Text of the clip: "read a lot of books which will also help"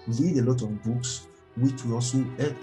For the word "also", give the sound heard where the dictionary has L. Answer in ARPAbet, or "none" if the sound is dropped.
none